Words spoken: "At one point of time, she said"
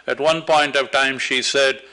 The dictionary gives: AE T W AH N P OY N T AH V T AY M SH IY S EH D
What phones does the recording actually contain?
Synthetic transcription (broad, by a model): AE T W AH N P OY N T AH V T AY M SH IY S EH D